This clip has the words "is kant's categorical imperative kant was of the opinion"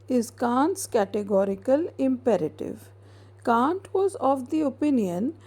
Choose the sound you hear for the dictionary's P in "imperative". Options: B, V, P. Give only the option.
P